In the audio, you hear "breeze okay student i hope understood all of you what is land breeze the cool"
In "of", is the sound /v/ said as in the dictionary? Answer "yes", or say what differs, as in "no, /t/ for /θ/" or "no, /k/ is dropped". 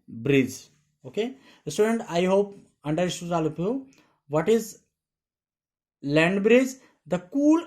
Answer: no, /p/ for /v/